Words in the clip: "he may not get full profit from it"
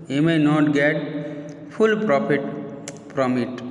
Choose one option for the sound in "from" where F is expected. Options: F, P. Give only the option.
P